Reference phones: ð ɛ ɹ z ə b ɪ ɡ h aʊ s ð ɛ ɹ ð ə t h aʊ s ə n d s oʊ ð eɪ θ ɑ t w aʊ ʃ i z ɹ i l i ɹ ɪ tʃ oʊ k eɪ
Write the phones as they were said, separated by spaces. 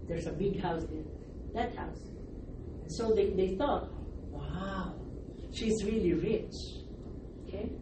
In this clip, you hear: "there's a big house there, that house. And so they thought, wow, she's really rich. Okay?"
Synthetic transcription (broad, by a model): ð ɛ ɹ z ə b ɪ ɡ h aʊ s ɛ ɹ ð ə t h aʊ s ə n s oʊ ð eɪ θ ɑ t w aʊ ʃ i z ɹ i l i ɹ ɪ tʃ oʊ k eɪ